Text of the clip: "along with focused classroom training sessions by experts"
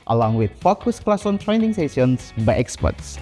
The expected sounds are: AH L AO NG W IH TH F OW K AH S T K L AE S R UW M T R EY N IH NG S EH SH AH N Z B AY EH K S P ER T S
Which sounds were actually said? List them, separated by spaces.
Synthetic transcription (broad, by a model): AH L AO NG W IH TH F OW K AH S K L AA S AO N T R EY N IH NG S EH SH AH N S B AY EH K S P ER T S